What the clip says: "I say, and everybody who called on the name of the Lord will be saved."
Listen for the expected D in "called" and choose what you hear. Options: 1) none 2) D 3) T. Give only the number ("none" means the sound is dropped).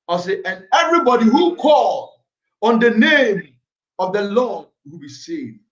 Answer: 1